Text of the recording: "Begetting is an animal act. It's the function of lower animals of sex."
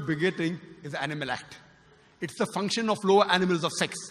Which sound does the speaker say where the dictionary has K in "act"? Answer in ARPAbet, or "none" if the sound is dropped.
K